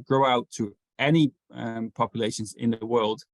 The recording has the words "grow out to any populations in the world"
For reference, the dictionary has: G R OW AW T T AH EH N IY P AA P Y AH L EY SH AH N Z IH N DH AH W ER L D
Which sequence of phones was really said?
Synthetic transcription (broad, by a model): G R OW AW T T AH EH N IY P AA P Y AH L EY SH AH N Z IH N DH AH W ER L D